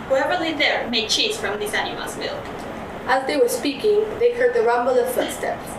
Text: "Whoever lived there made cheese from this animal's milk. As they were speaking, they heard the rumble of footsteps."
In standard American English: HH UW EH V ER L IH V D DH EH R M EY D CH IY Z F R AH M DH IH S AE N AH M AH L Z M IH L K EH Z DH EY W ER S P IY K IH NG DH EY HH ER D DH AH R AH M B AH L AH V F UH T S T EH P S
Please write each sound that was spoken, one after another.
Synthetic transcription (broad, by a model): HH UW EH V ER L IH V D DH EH R M EY D CH IY Z F R AH M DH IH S AE N AH M AH L Z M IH L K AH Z DH EY W ER S P IY K IH NG DH EY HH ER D DH AH R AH M B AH L AH V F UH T S T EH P S